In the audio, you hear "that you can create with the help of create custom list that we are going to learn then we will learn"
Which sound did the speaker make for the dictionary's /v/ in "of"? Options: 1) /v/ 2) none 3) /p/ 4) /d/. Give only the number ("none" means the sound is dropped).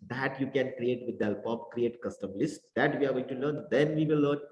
3